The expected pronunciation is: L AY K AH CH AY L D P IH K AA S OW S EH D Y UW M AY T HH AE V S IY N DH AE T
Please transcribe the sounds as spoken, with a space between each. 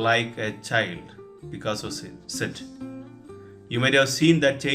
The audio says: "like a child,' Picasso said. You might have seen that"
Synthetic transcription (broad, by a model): L AY K AH CH AY L D B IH K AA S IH S EH D Y UW M AY T HH AE V S IY N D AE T